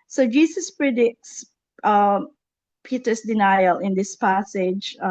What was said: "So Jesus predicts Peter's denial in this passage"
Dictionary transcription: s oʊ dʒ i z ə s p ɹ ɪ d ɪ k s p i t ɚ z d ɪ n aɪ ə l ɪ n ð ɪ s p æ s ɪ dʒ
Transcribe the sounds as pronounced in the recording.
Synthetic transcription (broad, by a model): s oʊ dʒ i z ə s p ɹ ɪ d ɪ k s p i t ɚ s d ɪ n aɪ ə l ɪ n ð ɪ s p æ s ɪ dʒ